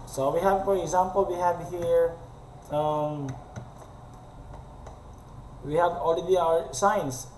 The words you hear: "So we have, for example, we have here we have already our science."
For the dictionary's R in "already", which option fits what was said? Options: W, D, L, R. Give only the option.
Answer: L